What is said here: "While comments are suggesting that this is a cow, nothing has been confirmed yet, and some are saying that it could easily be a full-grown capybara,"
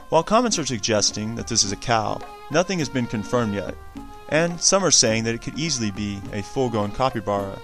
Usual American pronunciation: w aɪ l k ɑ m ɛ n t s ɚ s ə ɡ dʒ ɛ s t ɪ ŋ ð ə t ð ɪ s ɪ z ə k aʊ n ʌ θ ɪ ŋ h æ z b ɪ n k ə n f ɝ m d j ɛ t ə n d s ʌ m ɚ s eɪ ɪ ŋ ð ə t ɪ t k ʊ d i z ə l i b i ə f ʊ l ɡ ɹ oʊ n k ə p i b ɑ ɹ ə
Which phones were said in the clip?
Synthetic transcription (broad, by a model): w aɪ l k ɑ m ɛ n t s ɚ s ə ɡ dʒ ɛ s t ɪ ŋ ð ə t ð ɪ s ɪ z ə k aʊ n ʌ θ ɪ ŋ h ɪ z b ɪ n k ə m f ɝ m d j ɛ t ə n s ʌ m ɚ s eɪ ɪ ŋ ð ə t ɪ t k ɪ d i z l i b i ə f ʊ l ɡ oʊ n k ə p i b ɑ ɹ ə